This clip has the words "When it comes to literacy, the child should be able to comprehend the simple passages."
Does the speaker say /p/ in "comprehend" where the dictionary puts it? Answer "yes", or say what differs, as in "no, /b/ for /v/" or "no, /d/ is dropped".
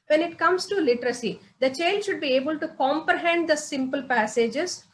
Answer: yes